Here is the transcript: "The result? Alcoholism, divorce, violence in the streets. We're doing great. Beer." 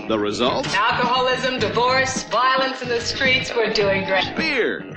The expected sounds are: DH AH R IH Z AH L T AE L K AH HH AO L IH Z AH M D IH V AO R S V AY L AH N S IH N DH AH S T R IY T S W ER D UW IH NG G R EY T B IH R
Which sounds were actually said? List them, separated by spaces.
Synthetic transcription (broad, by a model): DH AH R IH Z AH L T AE L K AH HH AO L IH Z AH M D IH V AO R S V AY L AH N S IH N DH AH S T R IY T S W ER D UW IH NG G R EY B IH R